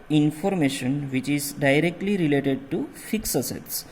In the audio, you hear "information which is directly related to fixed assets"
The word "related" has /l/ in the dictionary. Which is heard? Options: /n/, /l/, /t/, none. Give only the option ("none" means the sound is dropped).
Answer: /l/